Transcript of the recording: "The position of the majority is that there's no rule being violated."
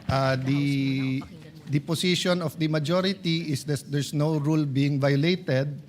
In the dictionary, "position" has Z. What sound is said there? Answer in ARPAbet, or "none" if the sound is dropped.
S